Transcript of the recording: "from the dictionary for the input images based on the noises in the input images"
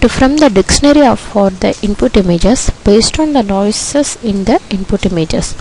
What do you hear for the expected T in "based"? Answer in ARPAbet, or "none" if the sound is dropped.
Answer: T